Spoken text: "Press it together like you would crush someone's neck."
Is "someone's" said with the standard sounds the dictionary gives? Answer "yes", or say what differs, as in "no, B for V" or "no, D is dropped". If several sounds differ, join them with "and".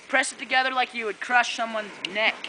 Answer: yes